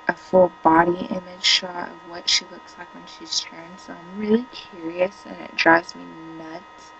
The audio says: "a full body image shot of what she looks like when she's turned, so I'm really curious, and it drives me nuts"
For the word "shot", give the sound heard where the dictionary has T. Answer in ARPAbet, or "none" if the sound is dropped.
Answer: none